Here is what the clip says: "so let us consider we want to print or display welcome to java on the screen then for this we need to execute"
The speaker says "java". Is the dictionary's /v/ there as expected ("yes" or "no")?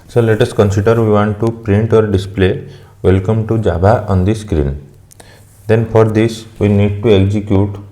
no